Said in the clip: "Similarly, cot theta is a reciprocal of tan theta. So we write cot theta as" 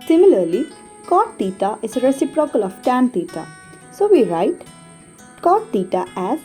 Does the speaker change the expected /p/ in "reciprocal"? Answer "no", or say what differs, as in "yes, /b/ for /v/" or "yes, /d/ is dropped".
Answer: no